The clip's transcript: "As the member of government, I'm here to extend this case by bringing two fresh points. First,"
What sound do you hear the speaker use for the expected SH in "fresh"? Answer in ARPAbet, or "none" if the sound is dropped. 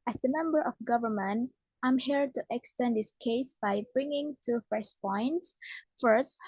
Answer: S